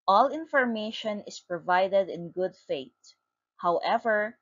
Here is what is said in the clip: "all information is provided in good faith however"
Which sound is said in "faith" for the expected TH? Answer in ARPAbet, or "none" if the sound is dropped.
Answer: T